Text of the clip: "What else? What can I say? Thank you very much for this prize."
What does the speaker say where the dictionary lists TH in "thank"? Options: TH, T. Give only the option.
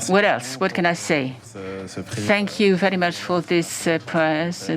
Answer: TH